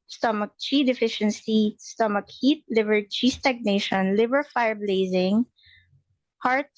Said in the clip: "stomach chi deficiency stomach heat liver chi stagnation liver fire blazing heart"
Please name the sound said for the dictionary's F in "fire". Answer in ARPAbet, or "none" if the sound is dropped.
F